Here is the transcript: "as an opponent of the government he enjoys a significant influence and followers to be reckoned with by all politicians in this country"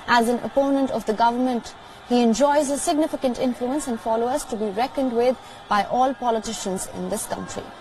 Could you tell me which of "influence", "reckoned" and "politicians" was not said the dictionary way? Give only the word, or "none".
none